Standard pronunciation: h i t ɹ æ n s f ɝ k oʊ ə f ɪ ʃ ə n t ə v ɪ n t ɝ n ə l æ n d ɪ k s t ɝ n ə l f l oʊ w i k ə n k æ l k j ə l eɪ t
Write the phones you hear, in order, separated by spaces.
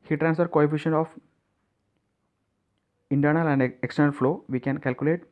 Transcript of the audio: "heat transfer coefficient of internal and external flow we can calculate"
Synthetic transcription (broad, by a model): h i t ɹ æ n s f ɝ k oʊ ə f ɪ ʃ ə n ə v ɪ n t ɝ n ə l æ n d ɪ k s t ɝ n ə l f l oʊ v i k ə n k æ l k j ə l eɪ t